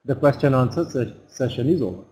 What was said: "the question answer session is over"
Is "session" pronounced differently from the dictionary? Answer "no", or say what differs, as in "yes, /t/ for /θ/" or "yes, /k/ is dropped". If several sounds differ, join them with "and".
no